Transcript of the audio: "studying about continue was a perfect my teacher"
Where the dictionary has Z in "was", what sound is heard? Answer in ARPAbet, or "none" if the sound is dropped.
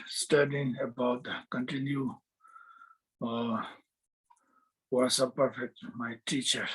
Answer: S